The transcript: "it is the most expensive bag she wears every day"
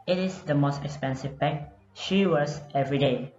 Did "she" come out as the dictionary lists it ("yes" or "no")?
yes